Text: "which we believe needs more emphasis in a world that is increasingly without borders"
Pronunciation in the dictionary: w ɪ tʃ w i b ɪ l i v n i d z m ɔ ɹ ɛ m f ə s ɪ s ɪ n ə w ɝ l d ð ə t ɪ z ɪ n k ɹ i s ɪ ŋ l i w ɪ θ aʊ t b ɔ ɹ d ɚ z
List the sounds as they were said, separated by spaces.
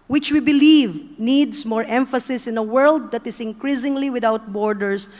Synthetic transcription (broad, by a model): w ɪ tʃ w i b ɪ l i v n i d s m ɔ ɹ ɛ m f ə s ɪ s ɪ n ə w ɝ l d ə t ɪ s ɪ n k ɹ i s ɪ ŋ l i w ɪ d aʊ t b ɔ ɹ d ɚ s